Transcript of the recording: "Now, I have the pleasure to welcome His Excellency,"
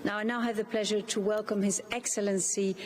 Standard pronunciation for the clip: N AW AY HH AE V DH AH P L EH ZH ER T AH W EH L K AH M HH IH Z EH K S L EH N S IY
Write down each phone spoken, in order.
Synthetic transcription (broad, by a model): N AW AY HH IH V DH AH P L EH ZH ER T AH W EH L K AH M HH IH Z EH K S L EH N S IY